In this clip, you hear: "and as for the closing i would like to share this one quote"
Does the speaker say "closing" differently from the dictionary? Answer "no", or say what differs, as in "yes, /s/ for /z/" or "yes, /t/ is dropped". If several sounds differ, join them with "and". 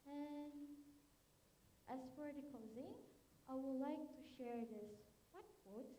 yes, /l/ is dropped